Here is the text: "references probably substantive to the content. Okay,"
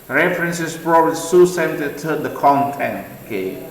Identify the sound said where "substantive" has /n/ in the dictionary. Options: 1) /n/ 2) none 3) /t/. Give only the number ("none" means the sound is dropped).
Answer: 2